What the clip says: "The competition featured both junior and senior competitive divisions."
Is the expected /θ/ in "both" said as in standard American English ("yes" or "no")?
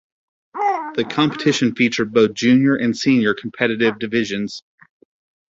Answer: yes